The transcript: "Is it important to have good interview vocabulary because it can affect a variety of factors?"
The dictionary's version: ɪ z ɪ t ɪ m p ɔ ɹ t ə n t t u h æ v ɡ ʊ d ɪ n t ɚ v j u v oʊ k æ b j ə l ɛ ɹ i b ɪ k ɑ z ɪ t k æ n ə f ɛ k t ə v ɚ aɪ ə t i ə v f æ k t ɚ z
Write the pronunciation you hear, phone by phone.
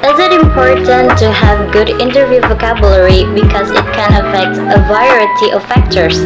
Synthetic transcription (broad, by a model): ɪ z ɪ t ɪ m p ɔ ɹ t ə n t t u h æ v ɡ ʊ d ɪ n t ɚ v j u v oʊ k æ b j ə l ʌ ɹ i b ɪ k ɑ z ɪ t k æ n ə f ɛ k t ə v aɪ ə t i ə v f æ k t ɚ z